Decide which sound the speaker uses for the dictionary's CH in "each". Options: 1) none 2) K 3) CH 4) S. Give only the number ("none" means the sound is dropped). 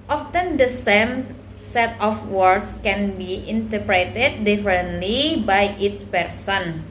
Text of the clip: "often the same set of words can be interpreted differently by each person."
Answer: 4